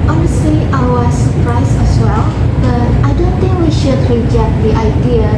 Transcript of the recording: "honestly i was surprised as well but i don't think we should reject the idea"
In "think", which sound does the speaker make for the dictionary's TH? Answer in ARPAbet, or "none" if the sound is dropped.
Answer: T